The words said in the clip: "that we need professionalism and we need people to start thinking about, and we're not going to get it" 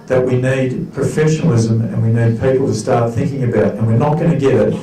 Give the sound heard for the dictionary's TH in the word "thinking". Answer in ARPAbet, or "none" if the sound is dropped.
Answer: TH